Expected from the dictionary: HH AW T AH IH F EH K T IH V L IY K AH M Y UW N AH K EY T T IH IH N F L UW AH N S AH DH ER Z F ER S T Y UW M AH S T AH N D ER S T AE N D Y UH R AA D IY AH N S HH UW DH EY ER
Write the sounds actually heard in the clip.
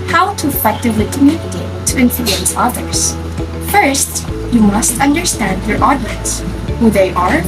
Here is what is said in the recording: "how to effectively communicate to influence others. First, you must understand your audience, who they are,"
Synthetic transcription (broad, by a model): HH AW T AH IH F EH K T IH V L IY K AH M Y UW AH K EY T T IH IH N F L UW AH N S AH DH ER Z F ER S T Y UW M AH S T AH N D ER S T AE N D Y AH R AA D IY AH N S HH UW DH EY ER